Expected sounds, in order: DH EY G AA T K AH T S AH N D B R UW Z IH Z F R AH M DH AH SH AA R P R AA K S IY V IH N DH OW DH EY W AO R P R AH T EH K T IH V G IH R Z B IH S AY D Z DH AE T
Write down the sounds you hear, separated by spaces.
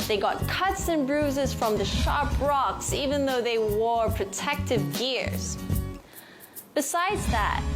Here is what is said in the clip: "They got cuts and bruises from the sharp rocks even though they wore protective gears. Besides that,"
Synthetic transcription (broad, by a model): DH EY G AA T K AH T S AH N B R UW Z IH Z F R AH M DH AH SH AA R P R AA K S IY V IH N DH OW DH EY W AO R P R AH T EH K T IH V G IH R Z B IH S AY D Z DH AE T